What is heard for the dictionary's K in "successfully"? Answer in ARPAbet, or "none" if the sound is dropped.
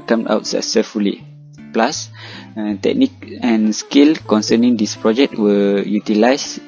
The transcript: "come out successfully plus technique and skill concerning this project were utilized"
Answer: none